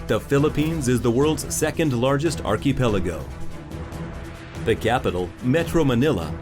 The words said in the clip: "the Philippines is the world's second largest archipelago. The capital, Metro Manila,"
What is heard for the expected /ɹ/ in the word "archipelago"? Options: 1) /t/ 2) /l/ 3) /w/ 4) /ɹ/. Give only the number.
4